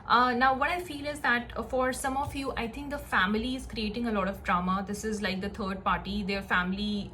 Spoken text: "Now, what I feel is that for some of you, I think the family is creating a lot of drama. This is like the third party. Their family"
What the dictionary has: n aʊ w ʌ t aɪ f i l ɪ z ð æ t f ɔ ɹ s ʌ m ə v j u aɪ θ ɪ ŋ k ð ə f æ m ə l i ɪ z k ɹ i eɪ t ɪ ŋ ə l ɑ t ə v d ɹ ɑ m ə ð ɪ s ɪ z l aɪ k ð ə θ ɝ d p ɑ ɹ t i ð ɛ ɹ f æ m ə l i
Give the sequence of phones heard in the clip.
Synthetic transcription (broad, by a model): n aʊ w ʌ t aɪ f i l ɪ z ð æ t f ɔ ɹ s ʌ m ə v j u aɪ t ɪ ŋ k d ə f æ m ə l i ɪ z k ɹ i eɪ t ɪ ŋ ə l ɑ t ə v d ɹ ɑ m ə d ɪ s ɪ z l aɪ k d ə t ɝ d p ɑ ɹ t i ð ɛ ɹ f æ m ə l i